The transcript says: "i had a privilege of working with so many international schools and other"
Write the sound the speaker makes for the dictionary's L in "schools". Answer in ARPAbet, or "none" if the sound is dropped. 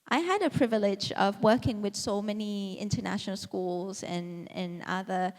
L